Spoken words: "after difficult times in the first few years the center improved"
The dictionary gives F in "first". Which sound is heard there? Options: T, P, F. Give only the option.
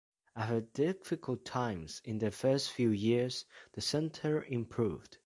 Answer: F